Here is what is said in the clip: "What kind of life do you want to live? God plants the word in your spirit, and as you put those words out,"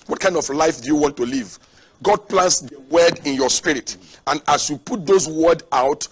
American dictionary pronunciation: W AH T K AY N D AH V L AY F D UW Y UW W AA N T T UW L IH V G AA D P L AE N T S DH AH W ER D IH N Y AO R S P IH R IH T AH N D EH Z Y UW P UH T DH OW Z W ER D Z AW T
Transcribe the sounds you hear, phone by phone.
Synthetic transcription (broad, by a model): W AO T K AY N D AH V L AY F D UW Y UW W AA N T T UW L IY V G AA D P L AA N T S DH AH W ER D IH N Y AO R S P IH R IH T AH N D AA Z Y UW P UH T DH OW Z W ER D AW T